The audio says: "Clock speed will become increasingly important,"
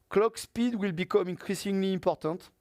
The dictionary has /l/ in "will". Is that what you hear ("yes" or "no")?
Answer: yes